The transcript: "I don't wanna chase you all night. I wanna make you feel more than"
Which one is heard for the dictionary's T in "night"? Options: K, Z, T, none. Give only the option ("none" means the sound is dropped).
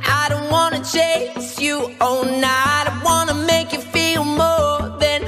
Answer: none